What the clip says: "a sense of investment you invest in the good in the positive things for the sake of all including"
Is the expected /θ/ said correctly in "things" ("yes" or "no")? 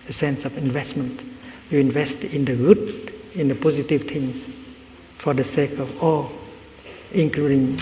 no